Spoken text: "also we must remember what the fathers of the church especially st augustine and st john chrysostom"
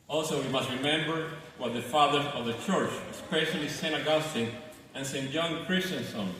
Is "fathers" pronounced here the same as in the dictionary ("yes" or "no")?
no